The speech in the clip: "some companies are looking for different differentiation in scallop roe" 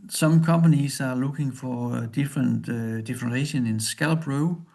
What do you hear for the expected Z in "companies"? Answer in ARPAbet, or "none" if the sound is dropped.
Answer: S